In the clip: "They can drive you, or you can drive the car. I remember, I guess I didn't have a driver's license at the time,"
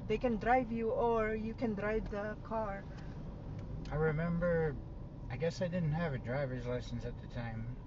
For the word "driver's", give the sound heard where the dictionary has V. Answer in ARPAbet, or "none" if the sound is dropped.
V